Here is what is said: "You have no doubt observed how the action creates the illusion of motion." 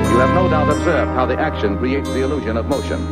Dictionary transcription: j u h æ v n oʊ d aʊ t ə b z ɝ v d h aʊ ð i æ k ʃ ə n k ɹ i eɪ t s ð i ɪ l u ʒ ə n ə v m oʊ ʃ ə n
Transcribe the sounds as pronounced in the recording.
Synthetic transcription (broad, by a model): j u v n oʊ d aʊ t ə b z ɝ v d h aʊ ð i æ k ʃ ə n k ɹ i eɪ t s ð i ɪ l u ʒ ə n ə v m oʊ ʃ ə n